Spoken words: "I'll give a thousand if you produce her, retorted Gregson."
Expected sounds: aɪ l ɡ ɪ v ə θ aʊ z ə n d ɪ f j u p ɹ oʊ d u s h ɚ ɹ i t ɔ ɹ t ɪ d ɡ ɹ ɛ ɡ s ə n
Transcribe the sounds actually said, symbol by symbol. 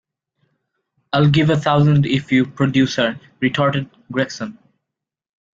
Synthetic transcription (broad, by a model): aɪ l ɡ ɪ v ə t aʊ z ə n d ɪ f j u p ɹ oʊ d u s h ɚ ɹ i t ɔ ɹ t ɪ d ɡ ɹ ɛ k s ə n